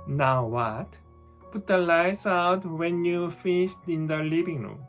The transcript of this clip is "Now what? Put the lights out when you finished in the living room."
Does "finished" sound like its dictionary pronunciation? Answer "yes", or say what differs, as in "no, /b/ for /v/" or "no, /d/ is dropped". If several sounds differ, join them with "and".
no, /s/ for /ʃ/